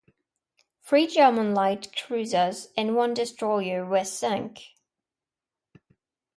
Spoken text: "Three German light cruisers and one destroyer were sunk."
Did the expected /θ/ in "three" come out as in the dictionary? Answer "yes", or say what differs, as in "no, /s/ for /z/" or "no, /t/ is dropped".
no, /f/ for /θ/